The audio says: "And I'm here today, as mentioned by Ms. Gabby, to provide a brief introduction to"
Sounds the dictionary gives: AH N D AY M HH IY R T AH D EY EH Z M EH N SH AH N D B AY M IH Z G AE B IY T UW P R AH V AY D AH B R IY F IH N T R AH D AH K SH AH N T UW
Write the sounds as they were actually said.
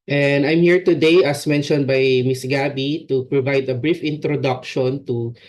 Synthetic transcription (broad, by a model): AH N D AY M HH IY R T AH D EY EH S M EH N SH AH N D B AY M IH S G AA B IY T UW P R AH V AY D AH B R IY F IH N T R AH D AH K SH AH N T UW